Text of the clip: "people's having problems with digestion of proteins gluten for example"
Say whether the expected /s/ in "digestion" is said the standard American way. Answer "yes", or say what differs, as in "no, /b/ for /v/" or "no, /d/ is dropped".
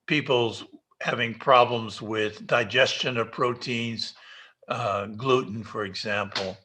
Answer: yes